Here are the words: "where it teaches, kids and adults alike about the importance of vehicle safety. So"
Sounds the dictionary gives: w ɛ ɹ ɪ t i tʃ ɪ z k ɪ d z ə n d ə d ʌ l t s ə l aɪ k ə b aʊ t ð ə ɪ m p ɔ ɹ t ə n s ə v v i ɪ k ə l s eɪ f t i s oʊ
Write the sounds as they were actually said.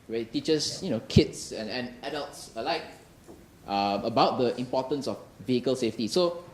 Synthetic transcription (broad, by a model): w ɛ ɪ t i tʃ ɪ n k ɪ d s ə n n ə d ʌ l t s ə l aɪ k ə b aʊ t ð ə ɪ m p ɔ t ə n s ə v v i ɪ k ə l s eɪ f t i s oʊ